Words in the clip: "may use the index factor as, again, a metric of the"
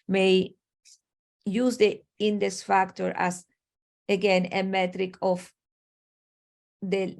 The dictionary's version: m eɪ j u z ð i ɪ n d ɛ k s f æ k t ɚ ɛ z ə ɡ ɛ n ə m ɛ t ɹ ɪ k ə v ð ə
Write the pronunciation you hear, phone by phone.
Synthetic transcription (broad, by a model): m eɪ j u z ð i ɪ n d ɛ s f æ k t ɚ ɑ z ə ɡ ɛ n ə m ɛ t ɹ ɪ k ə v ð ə